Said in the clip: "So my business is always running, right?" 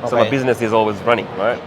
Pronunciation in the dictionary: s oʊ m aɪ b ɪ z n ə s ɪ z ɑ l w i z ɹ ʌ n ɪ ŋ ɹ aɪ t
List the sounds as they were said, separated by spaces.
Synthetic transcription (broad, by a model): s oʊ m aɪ b ɪ z n ə s ɪ z ɑ l w i z ɹ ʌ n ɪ ŋ ɹ aɪ t